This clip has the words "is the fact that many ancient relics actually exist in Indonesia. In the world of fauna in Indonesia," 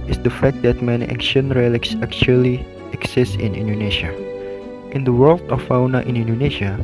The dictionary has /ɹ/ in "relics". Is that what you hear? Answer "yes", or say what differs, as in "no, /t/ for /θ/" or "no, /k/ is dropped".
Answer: yes